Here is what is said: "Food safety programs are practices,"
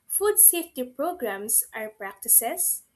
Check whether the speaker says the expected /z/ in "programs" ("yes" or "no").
no